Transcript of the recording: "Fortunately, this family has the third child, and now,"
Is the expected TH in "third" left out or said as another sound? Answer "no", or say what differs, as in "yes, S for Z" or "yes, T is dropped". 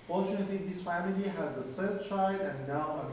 yes, S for TH